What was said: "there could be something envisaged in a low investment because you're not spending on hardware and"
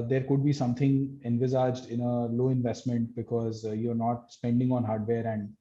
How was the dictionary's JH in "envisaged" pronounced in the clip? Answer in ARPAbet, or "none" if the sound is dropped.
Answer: JH